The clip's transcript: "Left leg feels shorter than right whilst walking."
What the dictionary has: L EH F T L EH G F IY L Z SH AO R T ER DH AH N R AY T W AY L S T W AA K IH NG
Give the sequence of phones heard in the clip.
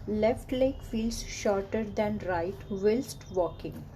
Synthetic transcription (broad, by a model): L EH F T L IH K F IY L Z SH AO R T ER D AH N R AY T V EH L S T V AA K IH NG